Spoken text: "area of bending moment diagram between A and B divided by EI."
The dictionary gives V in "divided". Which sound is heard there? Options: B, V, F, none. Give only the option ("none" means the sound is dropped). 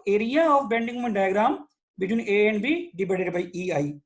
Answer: B